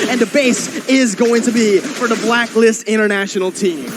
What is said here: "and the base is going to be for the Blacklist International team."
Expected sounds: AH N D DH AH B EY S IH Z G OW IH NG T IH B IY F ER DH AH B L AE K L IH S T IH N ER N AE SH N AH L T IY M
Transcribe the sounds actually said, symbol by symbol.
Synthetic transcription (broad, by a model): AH N DH AH B EY S IH Z G OW IH NG T IH B IY F ER DH AH B L AE K L IH S T IH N ER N AE SH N L T IY M